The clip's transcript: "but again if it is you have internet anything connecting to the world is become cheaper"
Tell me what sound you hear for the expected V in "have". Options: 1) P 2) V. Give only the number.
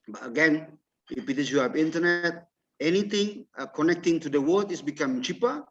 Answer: 1